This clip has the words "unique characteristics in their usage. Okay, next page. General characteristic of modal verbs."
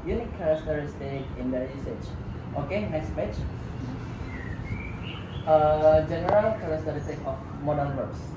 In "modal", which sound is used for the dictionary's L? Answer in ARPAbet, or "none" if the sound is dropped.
N